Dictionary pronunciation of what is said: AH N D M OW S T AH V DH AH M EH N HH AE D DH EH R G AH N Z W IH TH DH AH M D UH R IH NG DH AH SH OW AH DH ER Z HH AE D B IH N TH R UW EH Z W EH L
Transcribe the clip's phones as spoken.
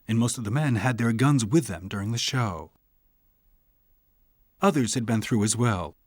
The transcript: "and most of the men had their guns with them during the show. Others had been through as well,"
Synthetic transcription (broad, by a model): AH N M OW S T AH V DH AH M EH N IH D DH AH R G AH N Z W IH DH AH M D UH R IH NG DH AH SH OW AH DH ER Z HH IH D B IH N TH R UW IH Z W EH L